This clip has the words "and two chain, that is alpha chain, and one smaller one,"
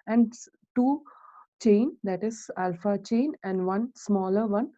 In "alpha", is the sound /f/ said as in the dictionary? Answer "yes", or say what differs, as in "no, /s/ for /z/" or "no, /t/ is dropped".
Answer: yes